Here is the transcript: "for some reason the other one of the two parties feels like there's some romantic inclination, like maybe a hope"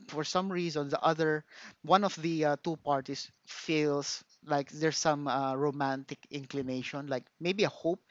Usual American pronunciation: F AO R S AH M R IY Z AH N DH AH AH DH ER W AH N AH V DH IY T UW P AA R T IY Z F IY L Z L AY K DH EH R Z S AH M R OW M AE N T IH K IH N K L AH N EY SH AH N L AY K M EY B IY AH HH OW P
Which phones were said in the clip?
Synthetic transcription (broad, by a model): F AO R S AH M R IY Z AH N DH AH AH DH ER W AH N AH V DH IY T UW P AA R T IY S F IY L S L AY K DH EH R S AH M R OW M AE N T IH K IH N K L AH N EY SH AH N L AY K M EY B IY AH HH OW P